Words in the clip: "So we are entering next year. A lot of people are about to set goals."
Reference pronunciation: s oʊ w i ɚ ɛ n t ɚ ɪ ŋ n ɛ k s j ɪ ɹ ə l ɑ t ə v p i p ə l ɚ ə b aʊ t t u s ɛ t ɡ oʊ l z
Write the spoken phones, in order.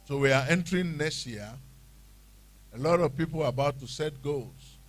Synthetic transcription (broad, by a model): s oʊ w i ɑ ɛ n t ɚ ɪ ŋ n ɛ s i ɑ ə l ɑ t ə v p i p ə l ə b aʊ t t u s ɛ t ɡ oʊ l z